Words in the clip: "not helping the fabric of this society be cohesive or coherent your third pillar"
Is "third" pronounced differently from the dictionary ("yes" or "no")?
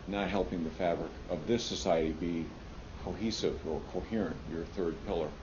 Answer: no